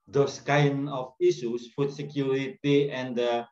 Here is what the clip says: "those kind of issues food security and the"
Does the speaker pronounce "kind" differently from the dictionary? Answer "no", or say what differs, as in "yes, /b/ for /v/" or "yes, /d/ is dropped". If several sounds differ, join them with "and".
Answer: yes, /d/ is dropped